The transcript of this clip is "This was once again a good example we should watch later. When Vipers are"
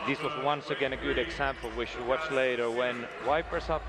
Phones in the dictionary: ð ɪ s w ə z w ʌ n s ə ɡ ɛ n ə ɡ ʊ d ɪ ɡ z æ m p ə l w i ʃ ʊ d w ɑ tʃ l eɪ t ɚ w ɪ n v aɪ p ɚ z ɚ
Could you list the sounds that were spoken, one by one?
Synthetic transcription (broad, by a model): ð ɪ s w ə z w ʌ n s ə ɡ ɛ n ə ɡ ʊ d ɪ ɡ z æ m p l w i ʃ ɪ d w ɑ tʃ l eɪ t ɚ w ɪ n w aɪ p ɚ s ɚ